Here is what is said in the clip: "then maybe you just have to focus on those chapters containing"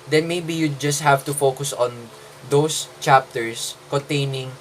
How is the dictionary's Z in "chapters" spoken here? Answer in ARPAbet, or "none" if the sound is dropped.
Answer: S